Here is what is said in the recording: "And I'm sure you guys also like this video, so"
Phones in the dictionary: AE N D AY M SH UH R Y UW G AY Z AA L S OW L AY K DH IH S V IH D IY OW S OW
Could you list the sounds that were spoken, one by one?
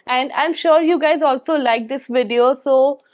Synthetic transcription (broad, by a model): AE N D AY M SH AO R Y UW G AY Z AA L S OW L AY K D IH S V IH D IY OW S OW